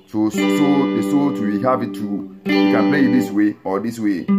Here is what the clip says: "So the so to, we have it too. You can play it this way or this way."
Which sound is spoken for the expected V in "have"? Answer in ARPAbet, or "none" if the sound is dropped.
P